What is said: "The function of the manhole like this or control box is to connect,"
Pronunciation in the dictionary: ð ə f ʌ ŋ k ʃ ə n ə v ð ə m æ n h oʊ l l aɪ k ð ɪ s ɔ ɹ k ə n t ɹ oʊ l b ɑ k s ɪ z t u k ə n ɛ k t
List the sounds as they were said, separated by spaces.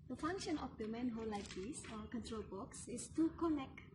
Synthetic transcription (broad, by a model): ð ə f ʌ ŋ k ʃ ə n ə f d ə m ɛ n h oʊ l l aɪ k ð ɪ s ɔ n k ə n t ɹ oʊ l b ɑ k s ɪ s t u k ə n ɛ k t